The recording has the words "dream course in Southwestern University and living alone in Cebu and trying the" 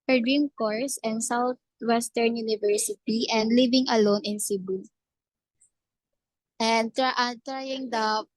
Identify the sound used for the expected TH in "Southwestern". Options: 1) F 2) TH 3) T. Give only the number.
3